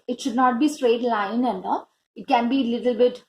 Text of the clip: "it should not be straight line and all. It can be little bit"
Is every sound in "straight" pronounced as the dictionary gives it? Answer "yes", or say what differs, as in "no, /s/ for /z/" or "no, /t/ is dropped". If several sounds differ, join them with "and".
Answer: yes